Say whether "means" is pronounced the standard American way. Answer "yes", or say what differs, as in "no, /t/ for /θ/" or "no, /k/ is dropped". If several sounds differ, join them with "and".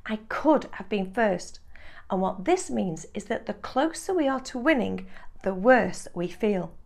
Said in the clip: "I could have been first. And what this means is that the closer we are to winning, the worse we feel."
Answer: yes